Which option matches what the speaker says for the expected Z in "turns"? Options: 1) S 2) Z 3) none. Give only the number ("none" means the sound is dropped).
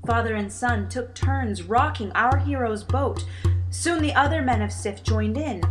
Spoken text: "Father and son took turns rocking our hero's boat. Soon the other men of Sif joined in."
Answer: 2